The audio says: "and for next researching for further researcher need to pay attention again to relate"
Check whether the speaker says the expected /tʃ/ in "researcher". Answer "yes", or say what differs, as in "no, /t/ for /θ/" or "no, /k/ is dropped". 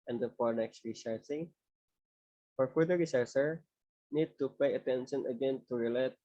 no, /s/ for /tʃ/